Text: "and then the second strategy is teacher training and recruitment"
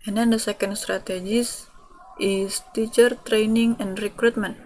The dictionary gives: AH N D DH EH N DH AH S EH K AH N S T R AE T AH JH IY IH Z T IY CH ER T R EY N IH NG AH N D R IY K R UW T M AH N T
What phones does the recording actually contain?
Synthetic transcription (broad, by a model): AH N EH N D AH S EH K AH N S T R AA T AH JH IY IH S T IY CH ER T R EY N IH NG AH N D R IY K R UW T M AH N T